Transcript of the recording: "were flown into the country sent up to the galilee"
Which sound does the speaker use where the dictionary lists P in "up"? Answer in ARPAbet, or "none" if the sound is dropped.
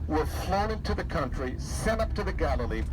P